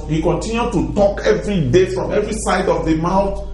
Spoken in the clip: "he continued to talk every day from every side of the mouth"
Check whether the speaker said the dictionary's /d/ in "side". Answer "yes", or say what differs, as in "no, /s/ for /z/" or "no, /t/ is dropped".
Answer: yes